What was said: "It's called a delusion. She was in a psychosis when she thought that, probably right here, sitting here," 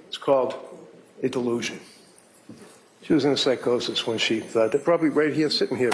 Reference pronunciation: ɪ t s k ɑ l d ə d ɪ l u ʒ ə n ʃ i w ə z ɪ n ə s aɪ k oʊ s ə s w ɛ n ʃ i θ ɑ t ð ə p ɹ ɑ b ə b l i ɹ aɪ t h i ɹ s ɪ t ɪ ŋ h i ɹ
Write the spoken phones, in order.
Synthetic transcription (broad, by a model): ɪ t s k ɑ l d ə d ɪ l u ʒ ə n ʃ i w ə z ɪ n ə s aɪ k oʊ s ə s w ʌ n ʃ i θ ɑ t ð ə p ɹ ɑ b ə b l i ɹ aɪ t h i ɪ s ɪ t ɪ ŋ h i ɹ